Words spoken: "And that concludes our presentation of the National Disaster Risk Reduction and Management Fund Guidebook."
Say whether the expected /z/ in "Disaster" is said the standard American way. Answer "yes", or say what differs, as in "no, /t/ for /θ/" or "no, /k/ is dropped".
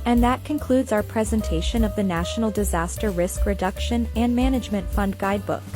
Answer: yes